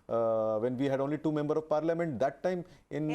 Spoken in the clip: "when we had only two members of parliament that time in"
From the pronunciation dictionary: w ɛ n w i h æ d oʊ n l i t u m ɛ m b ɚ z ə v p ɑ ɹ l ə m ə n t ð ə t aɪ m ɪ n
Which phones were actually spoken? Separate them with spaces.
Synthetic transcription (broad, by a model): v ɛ n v i h æ d oʊ n l i t u m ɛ m b ɚ ə v p ɑ ɹ l ə m ə n t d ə t aɪ m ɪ n